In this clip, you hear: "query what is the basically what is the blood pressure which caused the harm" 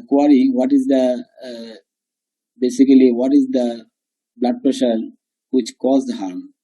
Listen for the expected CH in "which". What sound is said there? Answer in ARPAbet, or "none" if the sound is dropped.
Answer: CH